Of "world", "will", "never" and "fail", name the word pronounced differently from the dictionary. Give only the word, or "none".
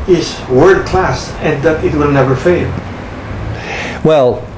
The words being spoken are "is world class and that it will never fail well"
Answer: world